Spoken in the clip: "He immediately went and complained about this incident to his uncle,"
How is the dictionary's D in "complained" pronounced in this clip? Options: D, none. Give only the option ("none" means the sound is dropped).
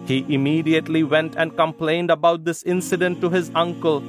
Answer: D